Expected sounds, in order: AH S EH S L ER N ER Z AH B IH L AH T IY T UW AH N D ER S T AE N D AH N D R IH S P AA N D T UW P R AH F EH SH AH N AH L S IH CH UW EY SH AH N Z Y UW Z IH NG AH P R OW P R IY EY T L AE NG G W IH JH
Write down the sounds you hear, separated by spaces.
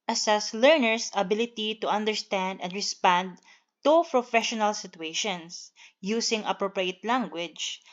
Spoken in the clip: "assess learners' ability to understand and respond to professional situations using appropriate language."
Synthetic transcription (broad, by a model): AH S EH S L ER N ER S AH B IH L AH T IY T UW AH N D ER S T AE N D AH N D R IH S P AA N D T UW P R AH F EH SH AH N AH L S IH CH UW EY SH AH N S Y UW S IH NG AH P R OW P R IY EY T L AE NG G W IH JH